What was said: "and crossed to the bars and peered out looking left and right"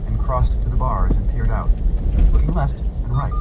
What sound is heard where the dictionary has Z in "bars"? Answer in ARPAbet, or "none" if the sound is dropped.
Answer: Z